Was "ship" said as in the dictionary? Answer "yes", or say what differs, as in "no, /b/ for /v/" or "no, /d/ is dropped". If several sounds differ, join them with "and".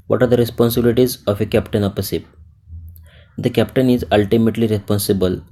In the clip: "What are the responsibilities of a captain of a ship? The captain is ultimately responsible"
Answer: no, /s/ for /ʃ/